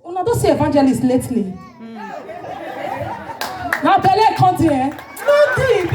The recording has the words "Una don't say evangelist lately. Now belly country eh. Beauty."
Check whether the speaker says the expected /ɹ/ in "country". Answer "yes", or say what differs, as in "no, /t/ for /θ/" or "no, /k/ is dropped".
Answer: no, /ɹ/ is dropped